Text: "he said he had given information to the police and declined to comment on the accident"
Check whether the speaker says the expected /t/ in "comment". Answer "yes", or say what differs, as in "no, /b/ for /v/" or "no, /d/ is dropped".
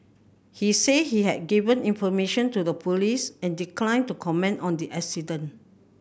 yes